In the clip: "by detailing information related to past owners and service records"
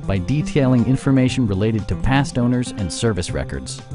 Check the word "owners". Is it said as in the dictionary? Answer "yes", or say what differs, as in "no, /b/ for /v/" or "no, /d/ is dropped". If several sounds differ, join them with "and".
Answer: yes